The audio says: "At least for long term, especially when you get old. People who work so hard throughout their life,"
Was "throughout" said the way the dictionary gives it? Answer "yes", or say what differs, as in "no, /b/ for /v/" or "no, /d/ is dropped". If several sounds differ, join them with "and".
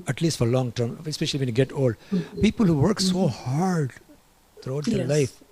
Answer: no, /t/ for /θ/